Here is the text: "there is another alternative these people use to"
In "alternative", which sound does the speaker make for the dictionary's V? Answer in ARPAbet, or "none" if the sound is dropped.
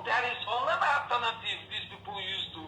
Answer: F